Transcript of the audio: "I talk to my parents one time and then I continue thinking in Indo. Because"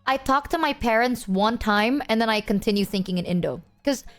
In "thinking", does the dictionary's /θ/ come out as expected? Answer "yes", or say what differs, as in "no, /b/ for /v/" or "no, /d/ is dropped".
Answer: yes